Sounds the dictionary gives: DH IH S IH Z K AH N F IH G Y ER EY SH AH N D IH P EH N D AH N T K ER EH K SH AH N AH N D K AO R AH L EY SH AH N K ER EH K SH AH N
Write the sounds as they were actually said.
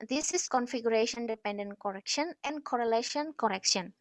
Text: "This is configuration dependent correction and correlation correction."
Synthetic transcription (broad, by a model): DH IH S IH S K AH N F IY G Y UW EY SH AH N D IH P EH N D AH N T K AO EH K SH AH N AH N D K AO R AH L EY SH AH N K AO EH K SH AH N